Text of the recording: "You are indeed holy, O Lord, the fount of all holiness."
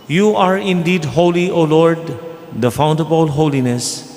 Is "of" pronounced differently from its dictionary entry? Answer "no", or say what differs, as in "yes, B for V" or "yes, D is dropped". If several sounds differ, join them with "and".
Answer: yes, B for V